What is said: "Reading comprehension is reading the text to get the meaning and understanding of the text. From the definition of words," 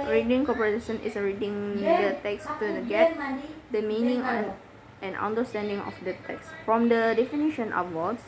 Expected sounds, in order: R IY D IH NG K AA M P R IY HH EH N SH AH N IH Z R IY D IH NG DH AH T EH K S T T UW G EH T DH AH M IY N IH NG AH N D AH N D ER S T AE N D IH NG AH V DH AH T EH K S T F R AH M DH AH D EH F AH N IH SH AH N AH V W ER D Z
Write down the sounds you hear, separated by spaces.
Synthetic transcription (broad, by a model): R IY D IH NG K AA P IY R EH SH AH N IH S R IY D IH NG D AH T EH K S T T UW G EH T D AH M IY N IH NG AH N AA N D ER S T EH N D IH NG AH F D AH T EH K S F R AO M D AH D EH F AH N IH SH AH N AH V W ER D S